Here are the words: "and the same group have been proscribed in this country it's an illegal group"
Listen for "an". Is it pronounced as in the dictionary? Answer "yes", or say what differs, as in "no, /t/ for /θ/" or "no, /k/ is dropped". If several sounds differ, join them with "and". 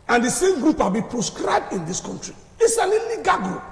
no, /l/ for /n/